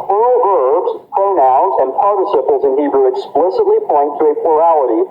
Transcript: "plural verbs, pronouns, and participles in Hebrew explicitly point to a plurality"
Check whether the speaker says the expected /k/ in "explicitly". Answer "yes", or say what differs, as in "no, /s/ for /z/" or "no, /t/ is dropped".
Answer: yes